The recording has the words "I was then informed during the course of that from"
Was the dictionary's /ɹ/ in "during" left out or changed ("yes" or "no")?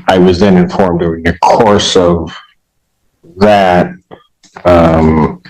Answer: yes